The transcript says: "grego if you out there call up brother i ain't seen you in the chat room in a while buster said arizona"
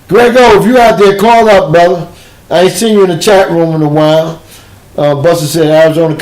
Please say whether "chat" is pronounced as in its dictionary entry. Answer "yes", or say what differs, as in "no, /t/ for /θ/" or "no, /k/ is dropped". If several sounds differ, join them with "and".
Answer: yes